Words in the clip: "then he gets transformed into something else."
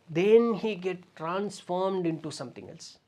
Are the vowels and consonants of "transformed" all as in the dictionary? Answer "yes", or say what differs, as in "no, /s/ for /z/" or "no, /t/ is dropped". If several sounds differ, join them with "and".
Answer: yes